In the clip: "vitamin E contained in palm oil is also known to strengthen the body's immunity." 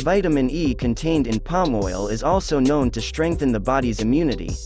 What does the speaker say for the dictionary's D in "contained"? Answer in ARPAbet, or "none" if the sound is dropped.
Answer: D